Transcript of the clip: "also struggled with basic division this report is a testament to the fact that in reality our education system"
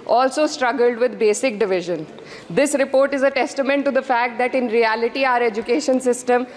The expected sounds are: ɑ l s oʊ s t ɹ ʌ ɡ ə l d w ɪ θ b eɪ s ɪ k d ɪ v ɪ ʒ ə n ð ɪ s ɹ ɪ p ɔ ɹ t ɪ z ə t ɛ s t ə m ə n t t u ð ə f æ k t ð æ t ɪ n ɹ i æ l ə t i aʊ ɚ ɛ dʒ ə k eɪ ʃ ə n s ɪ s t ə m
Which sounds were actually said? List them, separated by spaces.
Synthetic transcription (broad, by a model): ɑ l s oʊ s t ɹ ʌ ɡ ə l d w ɪ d b eɪ s ɪ k d ɪ v ɪ ʒ ə n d ɪ s ɹ ɪ p ɔ ɹ t ɪ z ə t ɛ s t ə m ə n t t u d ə f æ k t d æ t ɪ n ɹ i æ l ə t i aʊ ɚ ɛ dʒ ə k eɪ ʃ ə n s ɪ s t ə m